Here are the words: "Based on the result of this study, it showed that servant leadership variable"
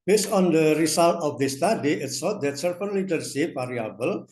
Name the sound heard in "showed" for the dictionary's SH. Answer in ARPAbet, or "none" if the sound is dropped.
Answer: S